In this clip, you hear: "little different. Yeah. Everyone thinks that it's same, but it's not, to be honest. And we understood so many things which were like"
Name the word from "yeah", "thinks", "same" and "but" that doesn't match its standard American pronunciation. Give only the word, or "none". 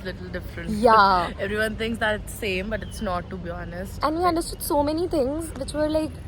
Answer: thinks